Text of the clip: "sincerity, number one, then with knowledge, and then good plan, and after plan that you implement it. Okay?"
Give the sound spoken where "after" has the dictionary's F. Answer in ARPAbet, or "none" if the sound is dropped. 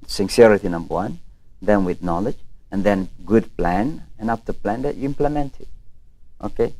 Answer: P